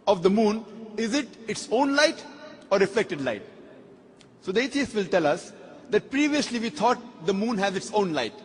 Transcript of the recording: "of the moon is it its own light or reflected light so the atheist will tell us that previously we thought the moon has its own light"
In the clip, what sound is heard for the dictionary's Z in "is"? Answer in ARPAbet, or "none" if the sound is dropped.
Z